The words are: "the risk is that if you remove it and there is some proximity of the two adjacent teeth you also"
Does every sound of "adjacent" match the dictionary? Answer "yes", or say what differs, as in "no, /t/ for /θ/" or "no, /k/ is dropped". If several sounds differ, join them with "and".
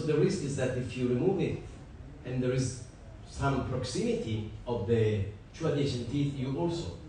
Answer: no, /ʃ/ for /s/